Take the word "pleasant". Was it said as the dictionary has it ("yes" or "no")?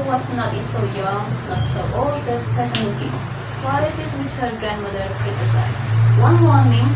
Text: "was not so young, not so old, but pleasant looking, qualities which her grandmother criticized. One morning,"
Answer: no